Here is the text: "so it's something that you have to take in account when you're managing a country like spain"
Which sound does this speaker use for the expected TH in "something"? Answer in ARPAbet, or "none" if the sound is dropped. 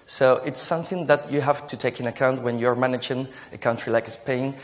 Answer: TH